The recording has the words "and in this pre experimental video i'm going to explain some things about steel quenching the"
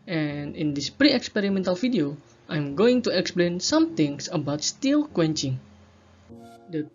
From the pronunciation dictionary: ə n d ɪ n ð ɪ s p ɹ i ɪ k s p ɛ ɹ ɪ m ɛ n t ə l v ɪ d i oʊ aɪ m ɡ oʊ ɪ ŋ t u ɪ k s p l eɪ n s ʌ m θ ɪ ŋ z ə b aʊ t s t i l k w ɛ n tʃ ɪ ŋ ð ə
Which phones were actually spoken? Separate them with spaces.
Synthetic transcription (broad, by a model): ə n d ɪ n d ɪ s p ɹ i ɪ k s p ɛ ɹ ɪ m ɛ n t ə l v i d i oʊ aɪ m ɡ oʊ ɪ ŋ t u ɪ k s p l eɪ n s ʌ m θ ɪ ŋ s ə b aʊ t s t i l k w ɛ n tʃ ɪ ŋ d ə